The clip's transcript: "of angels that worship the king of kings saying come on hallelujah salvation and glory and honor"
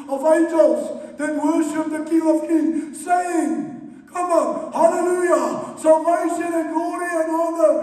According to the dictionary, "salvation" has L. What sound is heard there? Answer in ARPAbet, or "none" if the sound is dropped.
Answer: none